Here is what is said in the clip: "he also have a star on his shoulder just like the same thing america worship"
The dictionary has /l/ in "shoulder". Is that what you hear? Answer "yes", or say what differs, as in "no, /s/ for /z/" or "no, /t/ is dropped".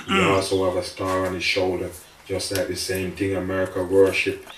yes